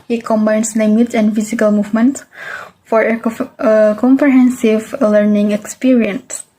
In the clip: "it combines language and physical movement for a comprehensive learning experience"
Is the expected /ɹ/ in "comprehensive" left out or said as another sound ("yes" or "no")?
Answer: no